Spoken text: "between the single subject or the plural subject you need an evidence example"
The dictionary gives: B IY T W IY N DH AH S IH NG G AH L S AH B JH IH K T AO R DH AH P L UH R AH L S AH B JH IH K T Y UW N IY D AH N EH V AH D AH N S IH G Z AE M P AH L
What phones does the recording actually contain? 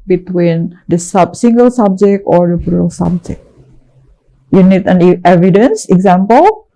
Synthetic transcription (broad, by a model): B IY T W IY N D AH S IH NG G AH L S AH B JH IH K T AO R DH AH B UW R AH L S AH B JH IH K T Y UW N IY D AH N EH V AH D AH N S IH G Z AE M P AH L